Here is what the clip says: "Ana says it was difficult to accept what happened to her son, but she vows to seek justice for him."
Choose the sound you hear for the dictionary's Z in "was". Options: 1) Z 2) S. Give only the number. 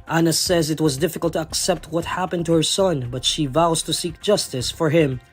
1